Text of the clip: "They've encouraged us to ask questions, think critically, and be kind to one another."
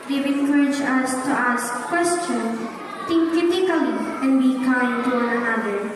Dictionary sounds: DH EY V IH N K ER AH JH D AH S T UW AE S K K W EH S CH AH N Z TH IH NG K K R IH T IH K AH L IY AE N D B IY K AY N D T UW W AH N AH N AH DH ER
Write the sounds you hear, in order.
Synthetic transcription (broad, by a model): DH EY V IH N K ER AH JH AH S T UW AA S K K W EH S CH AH N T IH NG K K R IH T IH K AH L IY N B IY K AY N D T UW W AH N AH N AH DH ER